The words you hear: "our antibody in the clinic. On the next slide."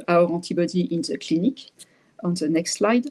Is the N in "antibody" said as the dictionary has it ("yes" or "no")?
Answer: no